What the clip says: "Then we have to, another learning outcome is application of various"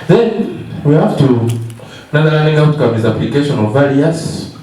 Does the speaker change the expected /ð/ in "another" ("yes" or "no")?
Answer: yes